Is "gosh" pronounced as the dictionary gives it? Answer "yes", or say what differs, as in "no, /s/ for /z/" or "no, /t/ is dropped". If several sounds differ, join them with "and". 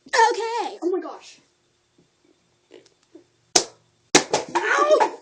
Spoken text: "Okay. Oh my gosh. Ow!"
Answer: yes